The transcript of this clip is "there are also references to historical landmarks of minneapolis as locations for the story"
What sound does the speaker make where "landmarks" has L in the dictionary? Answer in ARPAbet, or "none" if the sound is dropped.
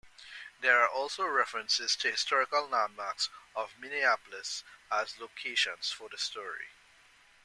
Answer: N